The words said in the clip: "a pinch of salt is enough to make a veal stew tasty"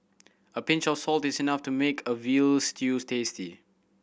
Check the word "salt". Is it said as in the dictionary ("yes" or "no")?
yes